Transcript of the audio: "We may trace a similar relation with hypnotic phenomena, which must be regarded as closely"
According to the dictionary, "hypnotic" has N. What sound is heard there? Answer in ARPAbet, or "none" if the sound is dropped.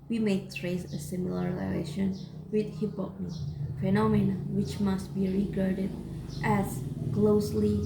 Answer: none